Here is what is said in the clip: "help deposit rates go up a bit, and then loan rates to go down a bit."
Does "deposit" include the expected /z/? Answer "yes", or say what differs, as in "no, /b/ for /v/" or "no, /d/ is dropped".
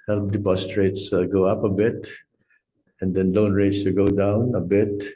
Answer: no, /s/ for /z/